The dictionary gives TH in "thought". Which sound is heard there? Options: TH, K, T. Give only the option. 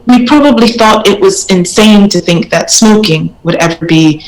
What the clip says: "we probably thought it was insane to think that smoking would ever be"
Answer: TH